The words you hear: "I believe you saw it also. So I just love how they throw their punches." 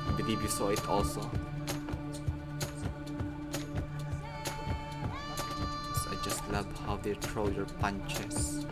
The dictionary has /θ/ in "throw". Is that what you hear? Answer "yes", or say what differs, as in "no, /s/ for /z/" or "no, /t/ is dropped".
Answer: no, /t/ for /θ/